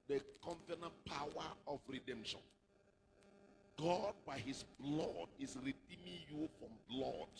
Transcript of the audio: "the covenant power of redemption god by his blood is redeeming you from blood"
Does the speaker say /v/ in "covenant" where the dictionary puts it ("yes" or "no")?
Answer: no